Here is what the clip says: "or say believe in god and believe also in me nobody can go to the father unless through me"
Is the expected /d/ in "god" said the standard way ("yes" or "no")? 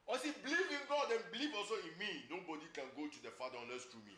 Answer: yes